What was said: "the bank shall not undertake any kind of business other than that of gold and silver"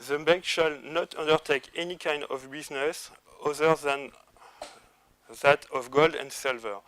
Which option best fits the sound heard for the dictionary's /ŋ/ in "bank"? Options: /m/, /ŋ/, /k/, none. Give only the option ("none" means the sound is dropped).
none